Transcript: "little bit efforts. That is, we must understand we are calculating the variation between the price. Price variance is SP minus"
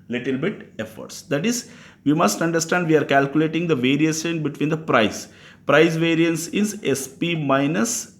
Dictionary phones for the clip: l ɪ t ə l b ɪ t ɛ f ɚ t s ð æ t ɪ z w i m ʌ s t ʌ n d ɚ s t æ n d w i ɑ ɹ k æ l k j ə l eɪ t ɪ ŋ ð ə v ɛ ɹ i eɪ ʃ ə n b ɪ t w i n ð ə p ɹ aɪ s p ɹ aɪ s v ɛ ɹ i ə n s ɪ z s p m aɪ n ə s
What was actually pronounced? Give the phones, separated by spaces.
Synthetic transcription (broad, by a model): l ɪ t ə l b ɪ t ɛ f ɚ t s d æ t ɪ z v i m ʌ s t ʌ n d ɚ s t æ n d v i ɑ ɹ k æ l k j ə l eɪ t ɪ ŋ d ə v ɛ ɹ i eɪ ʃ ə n b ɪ t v i n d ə p ɹ aɪ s p ɹ aɪ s v ɛ ɹ i ə n s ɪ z s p m aɪ n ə s